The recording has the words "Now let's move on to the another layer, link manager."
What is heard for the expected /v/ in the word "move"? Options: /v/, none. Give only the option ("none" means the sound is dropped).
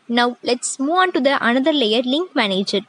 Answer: none